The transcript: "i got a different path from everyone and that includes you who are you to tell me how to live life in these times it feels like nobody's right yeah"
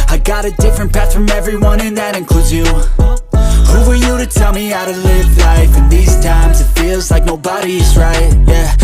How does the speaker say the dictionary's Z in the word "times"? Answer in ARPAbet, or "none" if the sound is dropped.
Z